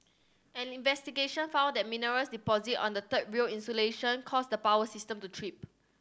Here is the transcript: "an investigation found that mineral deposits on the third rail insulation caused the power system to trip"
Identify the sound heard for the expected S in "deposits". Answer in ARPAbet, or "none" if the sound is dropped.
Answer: none